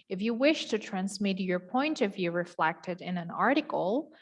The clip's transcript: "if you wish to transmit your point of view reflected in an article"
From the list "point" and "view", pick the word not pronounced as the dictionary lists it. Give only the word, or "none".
none